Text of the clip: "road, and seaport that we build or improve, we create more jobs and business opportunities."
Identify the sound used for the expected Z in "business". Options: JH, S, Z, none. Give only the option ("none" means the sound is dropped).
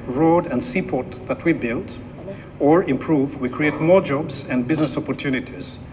Z